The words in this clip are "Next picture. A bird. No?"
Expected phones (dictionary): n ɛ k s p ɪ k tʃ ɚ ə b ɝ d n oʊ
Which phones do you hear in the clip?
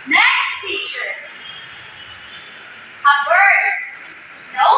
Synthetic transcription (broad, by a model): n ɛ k s f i tʃ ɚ ə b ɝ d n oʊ